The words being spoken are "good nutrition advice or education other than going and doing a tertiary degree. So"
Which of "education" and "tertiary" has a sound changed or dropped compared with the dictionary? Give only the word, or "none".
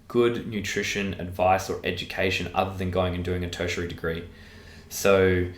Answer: none